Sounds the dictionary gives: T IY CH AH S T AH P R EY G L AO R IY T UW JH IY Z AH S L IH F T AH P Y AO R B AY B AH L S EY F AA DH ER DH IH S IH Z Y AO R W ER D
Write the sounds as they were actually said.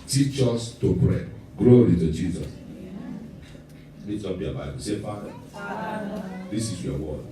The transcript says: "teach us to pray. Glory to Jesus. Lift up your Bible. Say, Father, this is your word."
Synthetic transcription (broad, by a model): T IY CH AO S T AH P R EY G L AO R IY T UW JH IY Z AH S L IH T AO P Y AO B AY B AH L S EY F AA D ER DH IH S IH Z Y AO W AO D